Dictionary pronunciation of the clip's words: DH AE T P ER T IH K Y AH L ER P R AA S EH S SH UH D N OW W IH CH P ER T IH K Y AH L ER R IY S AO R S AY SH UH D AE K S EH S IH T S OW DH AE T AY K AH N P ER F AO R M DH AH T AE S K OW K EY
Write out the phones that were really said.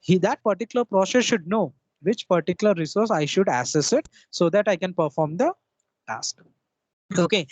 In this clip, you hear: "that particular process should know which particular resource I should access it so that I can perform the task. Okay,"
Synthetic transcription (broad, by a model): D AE T P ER T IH K Y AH L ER P R AA S EH S SH UH D N OW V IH CH P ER T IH K Y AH L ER R IY S AO R S AY SH UH D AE S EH S IH T S OW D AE T AY K AH N P ER F AO R M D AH T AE S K OW K EY